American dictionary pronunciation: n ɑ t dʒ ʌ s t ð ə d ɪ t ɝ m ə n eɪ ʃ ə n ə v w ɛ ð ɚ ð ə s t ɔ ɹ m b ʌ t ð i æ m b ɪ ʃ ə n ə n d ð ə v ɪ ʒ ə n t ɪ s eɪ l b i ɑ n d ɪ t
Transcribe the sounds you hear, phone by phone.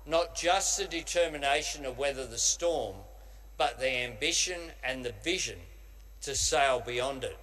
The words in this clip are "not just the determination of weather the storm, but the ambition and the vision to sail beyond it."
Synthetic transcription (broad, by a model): n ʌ t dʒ ʌ s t ð ə d ɪ t ɝ m ə n eɪ ʃ ə n ə v w ɛ ð ɚ ð ə s t ɔ ɹ m b ʌ t ð i æ m b ɪ ʃ ə n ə n ð ə v ɪ ʒ ə n t ɪ s eɪ l b i ɑ n d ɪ t